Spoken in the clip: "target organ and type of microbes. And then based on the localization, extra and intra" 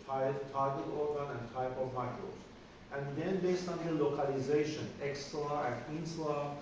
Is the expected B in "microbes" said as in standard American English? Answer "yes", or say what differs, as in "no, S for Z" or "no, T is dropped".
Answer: no, B is dropped